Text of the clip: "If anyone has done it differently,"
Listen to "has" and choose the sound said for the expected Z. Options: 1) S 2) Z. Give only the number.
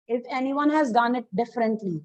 2